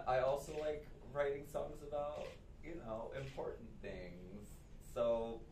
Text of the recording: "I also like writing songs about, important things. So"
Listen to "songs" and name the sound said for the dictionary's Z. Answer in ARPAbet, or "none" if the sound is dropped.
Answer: Z